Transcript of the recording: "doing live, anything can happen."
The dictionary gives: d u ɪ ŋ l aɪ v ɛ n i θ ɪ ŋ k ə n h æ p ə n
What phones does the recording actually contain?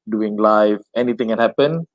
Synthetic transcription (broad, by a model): d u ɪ ŋ l aɪ f ɛ n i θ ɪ ŋ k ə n h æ p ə n